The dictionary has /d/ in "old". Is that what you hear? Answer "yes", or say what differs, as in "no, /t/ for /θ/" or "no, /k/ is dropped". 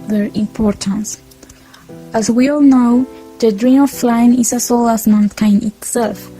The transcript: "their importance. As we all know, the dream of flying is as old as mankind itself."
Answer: no, /d/ is dropped